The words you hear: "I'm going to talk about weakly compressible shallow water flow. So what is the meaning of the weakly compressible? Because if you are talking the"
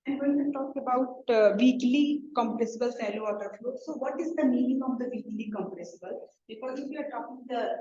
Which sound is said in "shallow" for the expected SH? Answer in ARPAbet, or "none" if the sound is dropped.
S